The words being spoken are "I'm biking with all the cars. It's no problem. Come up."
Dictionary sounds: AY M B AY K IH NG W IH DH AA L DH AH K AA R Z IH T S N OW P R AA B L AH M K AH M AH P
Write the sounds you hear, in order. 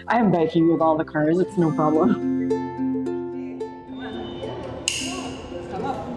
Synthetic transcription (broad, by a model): AY M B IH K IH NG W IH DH AA L DH AH K AA R Z IH T S N OW P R AA B L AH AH M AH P